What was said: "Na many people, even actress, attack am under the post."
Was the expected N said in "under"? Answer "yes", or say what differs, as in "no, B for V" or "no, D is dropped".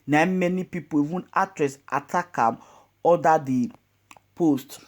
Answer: no, N is dropped